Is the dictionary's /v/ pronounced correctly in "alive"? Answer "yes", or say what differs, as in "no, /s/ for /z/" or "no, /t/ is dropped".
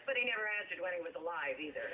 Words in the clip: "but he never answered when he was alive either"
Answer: yes